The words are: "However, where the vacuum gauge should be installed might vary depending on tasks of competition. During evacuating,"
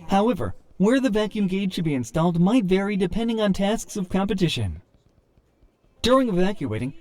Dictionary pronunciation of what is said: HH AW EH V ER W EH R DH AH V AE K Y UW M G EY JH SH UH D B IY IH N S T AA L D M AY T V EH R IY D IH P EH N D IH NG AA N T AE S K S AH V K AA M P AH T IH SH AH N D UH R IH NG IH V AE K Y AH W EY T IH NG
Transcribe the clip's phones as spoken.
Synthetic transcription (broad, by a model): HH AW EH V ER W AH R DH AH V AE K Y UW M G EY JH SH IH D B IY IH N S T AA L D M AY T V EH R IY D IH P EH N D IH NG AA N T AE S K S AH V K AA M P AH T IH SH AH N D UH R IH NG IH V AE K Y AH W EY T IH NG